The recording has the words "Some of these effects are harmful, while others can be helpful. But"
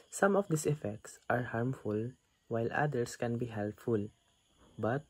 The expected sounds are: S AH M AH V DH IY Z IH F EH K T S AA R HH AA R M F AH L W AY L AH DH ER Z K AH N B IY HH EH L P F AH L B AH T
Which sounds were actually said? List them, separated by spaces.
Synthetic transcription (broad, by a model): S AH M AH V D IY S IH F EH K T S AA R HH AA R M F AH L W AY L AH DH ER S K AH N B IY HH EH L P F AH L B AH T